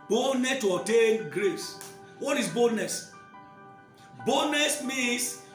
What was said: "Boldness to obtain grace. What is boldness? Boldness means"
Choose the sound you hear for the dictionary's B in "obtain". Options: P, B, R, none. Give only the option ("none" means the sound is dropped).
none